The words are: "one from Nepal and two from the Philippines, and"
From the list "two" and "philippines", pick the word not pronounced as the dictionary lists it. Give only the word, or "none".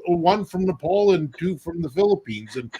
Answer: none